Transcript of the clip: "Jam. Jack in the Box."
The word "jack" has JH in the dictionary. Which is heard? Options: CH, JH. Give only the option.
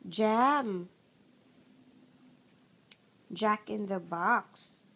JH